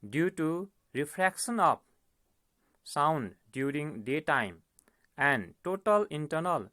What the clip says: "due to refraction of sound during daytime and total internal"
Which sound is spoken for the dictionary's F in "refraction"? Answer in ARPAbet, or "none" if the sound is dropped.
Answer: P